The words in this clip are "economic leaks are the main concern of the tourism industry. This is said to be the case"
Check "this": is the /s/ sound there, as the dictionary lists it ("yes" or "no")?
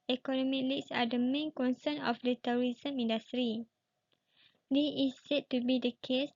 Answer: no